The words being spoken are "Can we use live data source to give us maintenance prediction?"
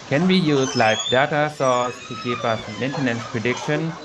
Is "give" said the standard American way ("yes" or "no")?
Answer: no